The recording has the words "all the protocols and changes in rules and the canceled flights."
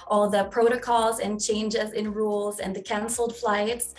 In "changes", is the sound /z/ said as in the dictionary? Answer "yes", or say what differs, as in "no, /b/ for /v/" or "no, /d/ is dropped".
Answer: yes